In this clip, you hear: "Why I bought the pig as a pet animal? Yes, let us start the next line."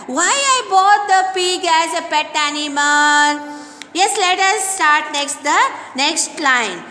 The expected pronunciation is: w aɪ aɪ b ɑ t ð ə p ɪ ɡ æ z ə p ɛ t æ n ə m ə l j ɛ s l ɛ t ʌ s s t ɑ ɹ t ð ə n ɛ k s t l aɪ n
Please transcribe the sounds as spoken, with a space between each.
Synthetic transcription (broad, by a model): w aɪ aɪ b ɑ t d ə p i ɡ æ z ə p ɛ t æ n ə m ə n j ɛ s l ɛ t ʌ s s t ɑ ɹ t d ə n ɛ k s t l aɪ n